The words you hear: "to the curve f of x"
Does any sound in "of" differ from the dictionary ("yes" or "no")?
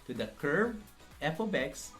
yes